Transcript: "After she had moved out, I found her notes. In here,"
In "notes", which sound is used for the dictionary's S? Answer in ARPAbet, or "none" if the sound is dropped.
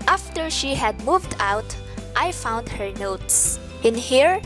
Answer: S